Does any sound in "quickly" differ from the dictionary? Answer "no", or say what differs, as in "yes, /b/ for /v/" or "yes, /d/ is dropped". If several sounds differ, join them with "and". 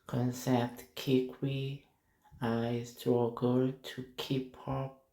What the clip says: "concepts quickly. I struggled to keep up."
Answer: yes, /w/ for /l/